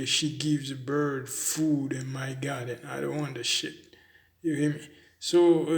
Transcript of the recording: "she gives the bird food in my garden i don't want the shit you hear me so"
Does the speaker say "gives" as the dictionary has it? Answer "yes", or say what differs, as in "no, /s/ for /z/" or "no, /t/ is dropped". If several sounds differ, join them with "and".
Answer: yes